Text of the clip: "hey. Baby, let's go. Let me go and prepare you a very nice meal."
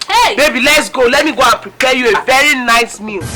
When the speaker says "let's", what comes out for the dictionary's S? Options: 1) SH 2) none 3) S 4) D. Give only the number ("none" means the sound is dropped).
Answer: 3